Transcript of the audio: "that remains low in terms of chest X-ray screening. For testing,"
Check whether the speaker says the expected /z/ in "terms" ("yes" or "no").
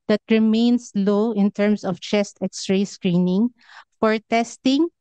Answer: no